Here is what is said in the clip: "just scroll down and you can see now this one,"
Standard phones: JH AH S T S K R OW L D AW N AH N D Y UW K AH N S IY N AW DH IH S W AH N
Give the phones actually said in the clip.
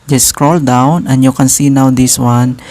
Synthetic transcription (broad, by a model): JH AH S S K R OW L D AW N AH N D Y UW K AH N S IY N AW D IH S W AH N